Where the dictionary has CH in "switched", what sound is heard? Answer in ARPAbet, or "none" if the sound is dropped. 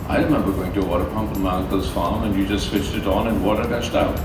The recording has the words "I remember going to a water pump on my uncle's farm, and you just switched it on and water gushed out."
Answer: CH